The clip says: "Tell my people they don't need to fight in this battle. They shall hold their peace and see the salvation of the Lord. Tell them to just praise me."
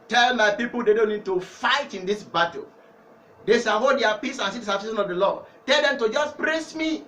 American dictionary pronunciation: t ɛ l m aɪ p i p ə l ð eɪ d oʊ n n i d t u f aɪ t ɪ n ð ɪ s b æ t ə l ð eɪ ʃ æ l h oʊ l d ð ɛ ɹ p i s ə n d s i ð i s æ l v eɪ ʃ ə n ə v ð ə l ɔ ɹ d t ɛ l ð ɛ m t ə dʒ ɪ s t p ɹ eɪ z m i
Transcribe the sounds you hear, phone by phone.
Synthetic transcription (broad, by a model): t ɛ l m aɪ p i p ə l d eɪ d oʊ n n i d t u f aɪ t ɪ n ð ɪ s b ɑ t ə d eɪ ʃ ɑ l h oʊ d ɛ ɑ p i s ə n s i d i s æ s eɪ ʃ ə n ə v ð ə l ɔ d t ɛ l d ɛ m t ə dʒ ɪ s p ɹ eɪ s m i